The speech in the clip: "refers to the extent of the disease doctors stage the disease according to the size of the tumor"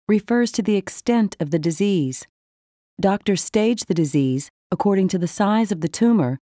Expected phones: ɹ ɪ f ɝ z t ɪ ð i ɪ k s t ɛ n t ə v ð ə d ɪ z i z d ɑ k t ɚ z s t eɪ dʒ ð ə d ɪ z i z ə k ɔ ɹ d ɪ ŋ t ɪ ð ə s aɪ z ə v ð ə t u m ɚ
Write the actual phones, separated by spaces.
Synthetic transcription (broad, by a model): ɹ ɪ f ɝ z t ɪ ð i ɪ k s t ɛ n t ə v ð ə d ɪ z i z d ɑ k t ɚ s t eɪ dʒ ð ə d ɪ z i z ə k ɔ ɹ d ɪ ŋ t ɪ ð ə s aɪ z ə v ð ə t u m ɚ